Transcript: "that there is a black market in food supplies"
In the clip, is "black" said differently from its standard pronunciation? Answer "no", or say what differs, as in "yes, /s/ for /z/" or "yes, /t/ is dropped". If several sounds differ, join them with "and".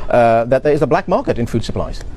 no